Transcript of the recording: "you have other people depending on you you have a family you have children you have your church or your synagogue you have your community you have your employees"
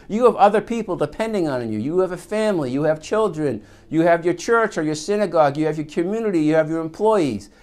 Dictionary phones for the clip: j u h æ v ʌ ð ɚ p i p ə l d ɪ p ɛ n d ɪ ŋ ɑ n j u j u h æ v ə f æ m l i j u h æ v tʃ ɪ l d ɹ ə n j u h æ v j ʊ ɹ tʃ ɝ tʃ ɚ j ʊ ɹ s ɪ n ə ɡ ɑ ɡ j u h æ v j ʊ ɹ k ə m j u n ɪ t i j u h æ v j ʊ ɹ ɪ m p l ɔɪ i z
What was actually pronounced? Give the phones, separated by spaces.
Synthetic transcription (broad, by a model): j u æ v ʌ ð ɚ p i p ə l d ɪ p ɛ n d ɪ ŋ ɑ n j u j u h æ v ə f æ m l i j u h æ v tʃ ɪ l d ɹ ə n j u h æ v j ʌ ɹ tʃ ɝ tʃ ɚ j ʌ ɹ s ɪ n ə ɡ ɑ ɡ j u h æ v j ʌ ɹ k ə m j u n ɪ t i j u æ v j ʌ ɹ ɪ m p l ɔɪ i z